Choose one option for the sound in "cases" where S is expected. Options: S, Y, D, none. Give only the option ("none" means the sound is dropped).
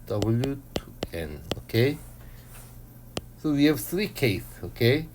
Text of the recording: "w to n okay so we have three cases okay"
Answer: none